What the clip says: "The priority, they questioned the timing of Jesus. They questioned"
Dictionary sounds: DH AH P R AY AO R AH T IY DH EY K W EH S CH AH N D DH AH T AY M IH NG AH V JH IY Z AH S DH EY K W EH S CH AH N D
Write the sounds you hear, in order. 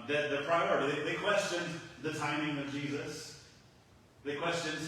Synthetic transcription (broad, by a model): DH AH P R AY AO R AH T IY DH EY K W EH S CH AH N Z DH AH T AY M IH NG AH V JH IY Z AH S DH EY K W EH S CH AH N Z